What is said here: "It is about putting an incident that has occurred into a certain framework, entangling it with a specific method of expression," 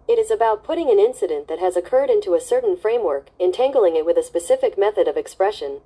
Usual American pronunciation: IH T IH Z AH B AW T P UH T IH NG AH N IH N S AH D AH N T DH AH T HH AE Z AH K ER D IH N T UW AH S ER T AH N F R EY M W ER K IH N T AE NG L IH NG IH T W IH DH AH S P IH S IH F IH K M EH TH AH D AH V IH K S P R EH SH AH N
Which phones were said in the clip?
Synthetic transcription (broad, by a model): IH T IH Z AH B AW T P UH T IH NG AH N IH N S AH D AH N DH AH T HH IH Z AH K ER D IH N T UW AH S ER T N F R EY M W ER K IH N T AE NG L IH NG IH T W IH DH AH S P IH S IH F IH K M EH TH AH D AH V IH K S P R EH SH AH N